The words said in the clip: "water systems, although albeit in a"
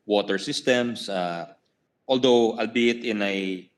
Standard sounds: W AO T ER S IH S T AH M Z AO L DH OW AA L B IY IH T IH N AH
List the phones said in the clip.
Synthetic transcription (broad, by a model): W AO T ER S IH S T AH M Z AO L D OW AA L B IY IH T IH N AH